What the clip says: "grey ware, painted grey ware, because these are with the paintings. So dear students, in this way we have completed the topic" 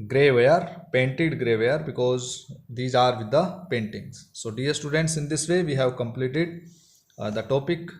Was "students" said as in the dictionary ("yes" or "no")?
yes